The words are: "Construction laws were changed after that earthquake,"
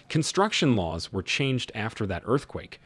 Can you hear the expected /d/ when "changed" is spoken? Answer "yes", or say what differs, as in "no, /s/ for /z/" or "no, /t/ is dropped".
yes